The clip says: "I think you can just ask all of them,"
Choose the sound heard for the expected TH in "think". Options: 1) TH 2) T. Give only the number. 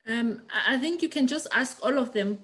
1